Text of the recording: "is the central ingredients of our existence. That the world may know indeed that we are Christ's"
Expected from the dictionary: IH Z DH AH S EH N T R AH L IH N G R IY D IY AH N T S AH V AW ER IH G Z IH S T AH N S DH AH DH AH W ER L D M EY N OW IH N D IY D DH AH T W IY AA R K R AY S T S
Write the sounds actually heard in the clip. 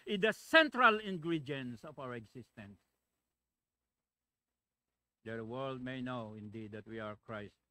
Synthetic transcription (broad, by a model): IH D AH S EH N T R AH L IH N G R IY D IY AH N S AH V AW ER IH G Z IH S T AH N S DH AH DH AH W ER L D M EY N OW IH N D IY D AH T W IY AA R K R AY S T